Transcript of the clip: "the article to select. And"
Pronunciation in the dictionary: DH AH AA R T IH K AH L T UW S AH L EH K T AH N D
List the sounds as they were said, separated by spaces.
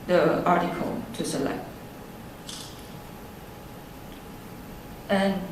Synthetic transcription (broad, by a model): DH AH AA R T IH K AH L T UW S AH L EH K T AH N